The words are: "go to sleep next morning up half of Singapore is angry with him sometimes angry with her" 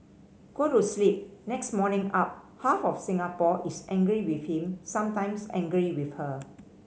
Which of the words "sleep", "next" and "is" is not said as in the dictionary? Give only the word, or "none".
is